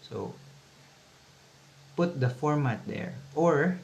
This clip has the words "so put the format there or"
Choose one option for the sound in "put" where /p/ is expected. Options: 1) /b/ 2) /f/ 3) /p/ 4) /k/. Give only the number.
3